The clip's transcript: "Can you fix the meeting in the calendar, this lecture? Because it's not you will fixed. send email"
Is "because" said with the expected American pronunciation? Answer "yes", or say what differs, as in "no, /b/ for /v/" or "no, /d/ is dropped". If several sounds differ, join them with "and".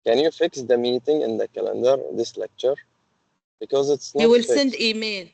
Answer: yes